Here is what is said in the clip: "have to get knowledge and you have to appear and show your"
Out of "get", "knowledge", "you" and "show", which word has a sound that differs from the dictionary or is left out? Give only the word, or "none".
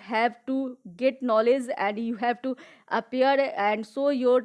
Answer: show